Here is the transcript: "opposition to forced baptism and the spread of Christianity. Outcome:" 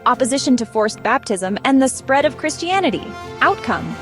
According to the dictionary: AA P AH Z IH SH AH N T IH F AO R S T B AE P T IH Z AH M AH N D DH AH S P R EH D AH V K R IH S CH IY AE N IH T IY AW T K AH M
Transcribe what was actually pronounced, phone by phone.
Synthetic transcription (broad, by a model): AA P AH Z IH SH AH N T IH F AO R S B AE P T IH Z AH M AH N DH AH S P R EH D AH V K R IH S CH IY AE N IH T IY AW T K AH M